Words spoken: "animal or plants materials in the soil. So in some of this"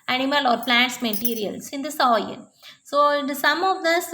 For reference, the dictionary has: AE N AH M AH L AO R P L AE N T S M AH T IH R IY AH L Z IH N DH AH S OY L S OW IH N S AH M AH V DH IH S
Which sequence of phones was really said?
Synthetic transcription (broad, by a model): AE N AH M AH L AO R P L AE N T S M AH T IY R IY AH L S IH N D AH S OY N S OW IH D S AH M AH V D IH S